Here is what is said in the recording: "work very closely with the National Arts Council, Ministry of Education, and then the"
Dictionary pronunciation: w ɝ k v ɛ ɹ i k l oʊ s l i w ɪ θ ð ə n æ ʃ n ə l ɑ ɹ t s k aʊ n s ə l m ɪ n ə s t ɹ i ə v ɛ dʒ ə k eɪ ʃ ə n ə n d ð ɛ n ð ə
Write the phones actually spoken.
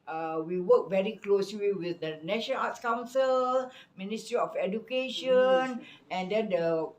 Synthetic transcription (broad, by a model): w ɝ k v ɛ ɹ i k l oʊ s l i w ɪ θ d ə n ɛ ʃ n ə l ɑ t s k aʊ n s ə l m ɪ n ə s t ɹ i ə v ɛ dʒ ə k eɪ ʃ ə n ə n d ɛ n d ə